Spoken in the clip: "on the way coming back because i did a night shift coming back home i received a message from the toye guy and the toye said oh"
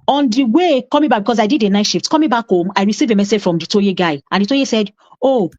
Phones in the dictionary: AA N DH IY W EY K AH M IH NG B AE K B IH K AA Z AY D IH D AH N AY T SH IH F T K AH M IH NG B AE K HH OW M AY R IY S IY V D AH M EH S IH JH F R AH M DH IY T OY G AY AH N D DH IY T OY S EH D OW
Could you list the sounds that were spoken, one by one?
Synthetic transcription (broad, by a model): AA N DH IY W EY K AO M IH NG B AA K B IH K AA S AY D IH D AH N AY T SH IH F T K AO M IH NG B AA K HH OW M AY R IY S IY V AH M EH S IH JH F R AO M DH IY T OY G AY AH N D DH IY T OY S EH D OW